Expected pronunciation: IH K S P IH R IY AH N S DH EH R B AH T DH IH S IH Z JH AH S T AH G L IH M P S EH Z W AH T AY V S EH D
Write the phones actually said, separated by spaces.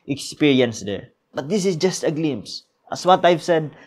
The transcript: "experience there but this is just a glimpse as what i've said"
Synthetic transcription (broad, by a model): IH K S P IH R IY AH N S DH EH R B AH T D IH S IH S JH AH S T AH G L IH M S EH S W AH T AY V S EH D